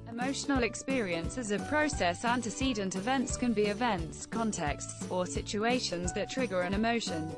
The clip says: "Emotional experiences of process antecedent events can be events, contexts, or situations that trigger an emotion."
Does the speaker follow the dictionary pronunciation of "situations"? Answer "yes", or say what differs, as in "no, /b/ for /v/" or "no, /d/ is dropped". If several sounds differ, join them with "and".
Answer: yes